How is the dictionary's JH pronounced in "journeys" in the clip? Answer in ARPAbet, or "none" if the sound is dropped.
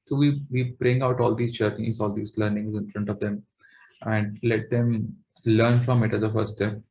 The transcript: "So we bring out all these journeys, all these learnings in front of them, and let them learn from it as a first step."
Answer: CH